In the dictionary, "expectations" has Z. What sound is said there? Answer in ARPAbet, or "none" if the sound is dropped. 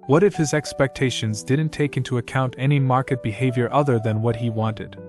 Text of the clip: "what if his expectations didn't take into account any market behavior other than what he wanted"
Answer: Z